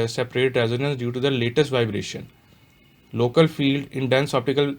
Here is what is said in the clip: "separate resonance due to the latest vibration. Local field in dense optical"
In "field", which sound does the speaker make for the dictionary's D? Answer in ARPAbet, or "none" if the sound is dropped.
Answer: D